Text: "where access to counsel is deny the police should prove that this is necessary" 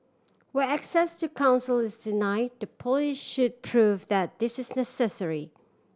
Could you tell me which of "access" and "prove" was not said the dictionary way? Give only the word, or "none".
none